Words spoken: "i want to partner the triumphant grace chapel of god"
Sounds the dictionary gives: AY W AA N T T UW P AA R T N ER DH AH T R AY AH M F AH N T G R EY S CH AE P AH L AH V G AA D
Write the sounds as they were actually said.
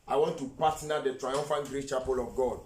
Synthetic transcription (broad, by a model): AY W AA N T T UW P AA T N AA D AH T R AY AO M F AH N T G R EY CH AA P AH L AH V G AA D